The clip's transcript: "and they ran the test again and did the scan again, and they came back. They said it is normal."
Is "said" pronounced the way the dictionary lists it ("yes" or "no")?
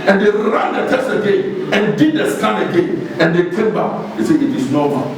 no